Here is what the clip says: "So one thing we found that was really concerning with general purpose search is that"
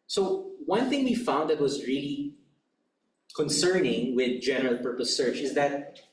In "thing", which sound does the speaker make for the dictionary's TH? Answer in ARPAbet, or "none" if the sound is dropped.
TH